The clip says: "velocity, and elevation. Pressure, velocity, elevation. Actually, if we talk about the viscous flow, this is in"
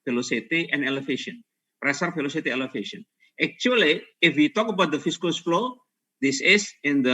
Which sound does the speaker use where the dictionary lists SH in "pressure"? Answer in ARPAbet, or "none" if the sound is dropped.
S